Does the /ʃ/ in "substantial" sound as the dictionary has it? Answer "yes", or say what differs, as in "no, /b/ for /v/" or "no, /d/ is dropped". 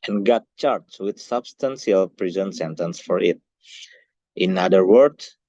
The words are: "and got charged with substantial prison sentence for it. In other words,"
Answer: no, /s/ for /ʃ/